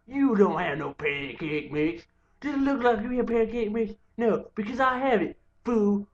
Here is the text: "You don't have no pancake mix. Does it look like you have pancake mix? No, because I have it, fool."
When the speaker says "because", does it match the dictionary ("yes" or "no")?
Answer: yes